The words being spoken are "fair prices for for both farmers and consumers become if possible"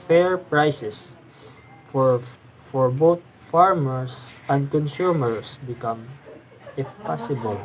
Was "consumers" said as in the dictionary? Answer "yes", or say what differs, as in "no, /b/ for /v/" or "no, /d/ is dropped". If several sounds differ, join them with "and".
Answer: no, /s/ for /z/